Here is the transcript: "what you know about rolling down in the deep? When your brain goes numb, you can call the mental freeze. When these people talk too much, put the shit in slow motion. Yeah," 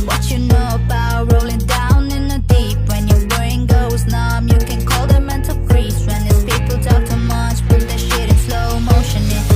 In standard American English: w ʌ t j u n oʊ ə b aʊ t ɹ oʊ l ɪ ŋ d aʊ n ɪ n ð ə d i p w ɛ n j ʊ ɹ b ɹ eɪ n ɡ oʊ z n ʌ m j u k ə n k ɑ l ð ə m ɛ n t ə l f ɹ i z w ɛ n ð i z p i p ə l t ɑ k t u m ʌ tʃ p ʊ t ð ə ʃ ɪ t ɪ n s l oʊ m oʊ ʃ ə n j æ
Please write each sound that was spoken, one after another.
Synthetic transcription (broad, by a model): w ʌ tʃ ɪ n oʊ ə b aʊ t ɹ oʊ l ɪ ŋ d aʊ n ɪ n ð ə d i p w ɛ n j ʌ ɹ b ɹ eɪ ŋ ɡ oʊ z n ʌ m j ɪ k ə n k ɑ l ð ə m ɛ n t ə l p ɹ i s w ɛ n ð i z p i p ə l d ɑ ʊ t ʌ m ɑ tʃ b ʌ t ð ə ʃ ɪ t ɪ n s l oʊ m oʊ ʃ ə n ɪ